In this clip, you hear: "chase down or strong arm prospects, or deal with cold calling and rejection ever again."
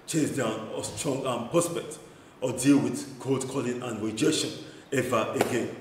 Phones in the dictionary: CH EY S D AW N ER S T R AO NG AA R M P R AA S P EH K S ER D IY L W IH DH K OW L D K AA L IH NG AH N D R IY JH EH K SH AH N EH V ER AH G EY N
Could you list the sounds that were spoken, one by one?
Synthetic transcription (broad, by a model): CH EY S D AW N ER S T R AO NG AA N P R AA S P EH K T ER D IY L W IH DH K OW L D K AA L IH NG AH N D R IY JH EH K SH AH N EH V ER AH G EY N